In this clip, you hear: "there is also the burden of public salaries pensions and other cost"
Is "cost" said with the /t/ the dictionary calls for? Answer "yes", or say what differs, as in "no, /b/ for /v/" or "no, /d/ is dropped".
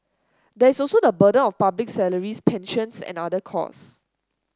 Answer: no, /t/ is dropped